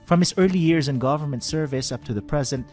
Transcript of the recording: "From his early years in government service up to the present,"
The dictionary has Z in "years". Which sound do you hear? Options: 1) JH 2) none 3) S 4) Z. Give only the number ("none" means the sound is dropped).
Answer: 4